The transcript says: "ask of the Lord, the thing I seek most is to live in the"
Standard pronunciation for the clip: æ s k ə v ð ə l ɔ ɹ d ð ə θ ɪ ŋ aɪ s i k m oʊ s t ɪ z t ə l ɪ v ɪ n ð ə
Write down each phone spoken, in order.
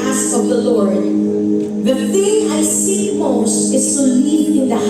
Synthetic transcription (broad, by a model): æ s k ə v ð ə l ɔ ɹ d ð ə θ ɪ ŋ aɪ s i m oʊ s t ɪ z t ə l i ɪ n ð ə